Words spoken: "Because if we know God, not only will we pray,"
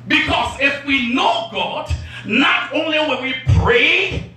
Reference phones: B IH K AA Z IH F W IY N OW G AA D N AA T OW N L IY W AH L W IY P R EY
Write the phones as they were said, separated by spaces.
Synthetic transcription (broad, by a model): B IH K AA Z IH F W IY N OW G AA D N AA T OW N L IY W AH N W IY P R EY